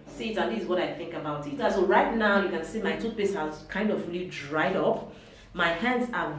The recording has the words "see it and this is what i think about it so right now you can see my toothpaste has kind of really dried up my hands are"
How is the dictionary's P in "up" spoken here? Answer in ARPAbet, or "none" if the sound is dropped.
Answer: P